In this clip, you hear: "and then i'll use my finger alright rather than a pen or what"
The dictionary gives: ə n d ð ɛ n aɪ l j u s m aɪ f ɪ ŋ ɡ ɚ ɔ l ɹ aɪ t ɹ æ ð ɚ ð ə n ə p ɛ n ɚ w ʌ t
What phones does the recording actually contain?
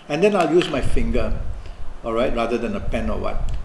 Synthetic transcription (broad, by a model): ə n d ɛ n aɪ l j u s m aɪ f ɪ ŋ ɡ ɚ ɔ l ɹ aɪ t ɹ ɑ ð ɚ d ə n ə p ɛ n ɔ w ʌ t